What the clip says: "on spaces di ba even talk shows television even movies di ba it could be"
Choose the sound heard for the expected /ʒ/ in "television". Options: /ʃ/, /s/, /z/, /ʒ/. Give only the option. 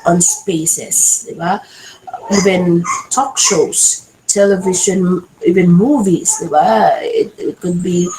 /ʃ/